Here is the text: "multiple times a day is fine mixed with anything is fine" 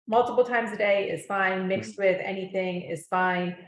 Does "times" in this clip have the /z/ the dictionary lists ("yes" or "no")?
yes